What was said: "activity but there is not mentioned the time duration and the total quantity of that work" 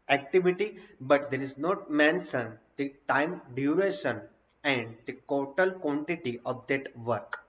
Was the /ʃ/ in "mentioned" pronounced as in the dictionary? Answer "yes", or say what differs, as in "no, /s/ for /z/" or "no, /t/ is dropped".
no, /s/ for /ʃ/